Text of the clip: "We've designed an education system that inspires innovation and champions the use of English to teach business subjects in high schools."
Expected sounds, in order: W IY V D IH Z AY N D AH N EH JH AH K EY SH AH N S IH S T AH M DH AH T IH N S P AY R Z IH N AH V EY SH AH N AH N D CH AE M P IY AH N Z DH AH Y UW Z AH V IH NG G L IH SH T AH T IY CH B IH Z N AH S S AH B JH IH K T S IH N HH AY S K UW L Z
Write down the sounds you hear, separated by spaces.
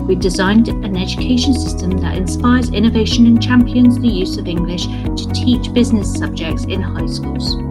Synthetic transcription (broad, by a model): W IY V D IH Z AY N D AH N EH JH AH K EY SH AH N S IH S T AH M DH AH T IH N S P AY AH Z IH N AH V EY SH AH N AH N CH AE M P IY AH N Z DH AH Y UW Z AH V IH NG G L IH SH T AH T IY CH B IH Z N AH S S AH B JH IH K T S IH N HH AY S K UW L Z